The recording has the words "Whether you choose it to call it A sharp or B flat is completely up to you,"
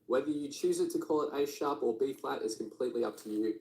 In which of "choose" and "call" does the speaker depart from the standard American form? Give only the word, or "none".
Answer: none